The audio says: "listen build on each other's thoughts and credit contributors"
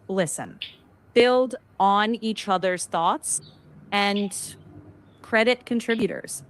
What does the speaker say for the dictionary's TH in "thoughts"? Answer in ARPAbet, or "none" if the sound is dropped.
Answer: TH